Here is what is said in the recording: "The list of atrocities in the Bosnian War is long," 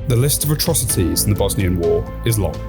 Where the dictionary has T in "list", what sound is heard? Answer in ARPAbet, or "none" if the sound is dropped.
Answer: T